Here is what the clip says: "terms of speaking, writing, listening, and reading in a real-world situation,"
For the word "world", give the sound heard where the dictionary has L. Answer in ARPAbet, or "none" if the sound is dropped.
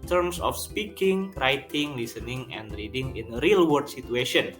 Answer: none